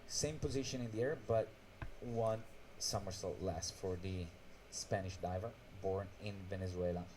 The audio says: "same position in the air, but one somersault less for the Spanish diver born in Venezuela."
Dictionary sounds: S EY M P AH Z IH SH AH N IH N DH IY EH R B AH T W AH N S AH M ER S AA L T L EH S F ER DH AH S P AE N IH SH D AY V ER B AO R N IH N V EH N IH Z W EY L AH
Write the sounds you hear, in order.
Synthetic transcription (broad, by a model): S EY M P AH Z IH SH AH N IH N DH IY EH R B AH T W AH N S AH M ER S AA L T L EH S F ER DH AH S P AE N IH SH D AY V ER B AO R N IH N V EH N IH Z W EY L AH